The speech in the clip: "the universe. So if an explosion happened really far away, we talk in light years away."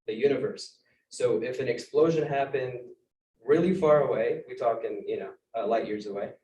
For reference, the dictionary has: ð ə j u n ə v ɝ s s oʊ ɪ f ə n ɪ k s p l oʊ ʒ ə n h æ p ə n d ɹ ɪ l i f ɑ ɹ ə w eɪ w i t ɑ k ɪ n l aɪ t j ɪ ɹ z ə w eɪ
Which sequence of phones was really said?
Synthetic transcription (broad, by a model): ð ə j u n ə v ɝ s s oʊ ɪ f ə n ɪ k s p l oʊ ʒ ə n h æ p ə n d ɹ ɪ l i f ɑ ɹ ə w eɪ w i t ɑ k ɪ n l aɪ t j ɪ ɹ z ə w eɪ